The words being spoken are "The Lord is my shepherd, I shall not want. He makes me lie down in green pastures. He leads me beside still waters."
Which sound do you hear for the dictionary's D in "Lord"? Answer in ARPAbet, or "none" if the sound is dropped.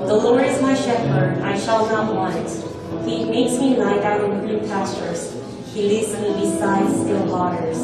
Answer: none